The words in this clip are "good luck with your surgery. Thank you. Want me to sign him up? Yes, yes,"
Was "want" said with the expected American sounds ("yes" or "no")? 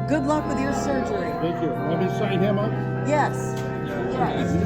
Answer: no